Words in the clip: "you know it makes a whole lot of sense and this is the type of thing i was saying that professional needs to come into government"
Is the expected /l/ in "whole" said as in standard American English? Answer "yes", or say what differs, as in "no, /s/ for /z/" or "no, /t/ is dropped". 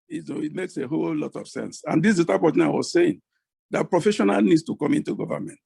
yes